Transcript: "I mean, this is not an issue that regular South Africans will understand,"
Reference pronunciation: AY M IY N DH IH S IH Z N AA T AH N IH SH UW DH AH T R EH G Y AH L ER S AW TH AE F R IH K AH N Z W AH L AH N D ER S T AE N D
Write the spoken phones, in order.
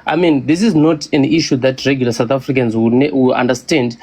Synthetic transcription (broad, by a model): AY M IY N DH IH S IH Z N AA T AH N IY SH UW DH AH T R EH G Y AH L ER S AW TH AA F R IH K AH N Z W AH W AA N D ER S T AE N D